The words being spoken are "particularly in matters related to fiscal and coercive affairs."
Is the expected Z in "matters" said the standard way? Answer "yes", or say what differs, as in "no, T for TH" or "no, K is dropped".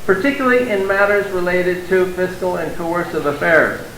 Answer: yes